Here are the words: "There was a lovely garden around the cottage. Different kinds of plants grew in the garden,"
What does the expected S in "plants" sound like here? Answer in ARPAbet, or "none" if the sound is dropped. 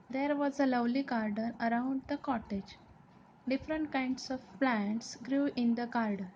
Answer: S